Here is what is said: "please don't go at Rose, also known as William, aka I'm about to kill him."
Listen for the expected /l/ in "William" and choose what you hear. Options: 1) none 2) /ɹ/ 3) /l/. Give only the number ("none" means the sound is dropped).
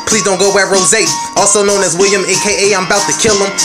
3